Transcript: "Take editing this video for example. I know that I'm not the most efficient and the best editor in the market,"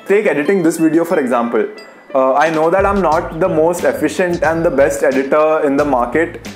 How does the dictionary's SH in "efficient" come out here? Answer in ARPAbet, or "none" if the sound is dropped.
SH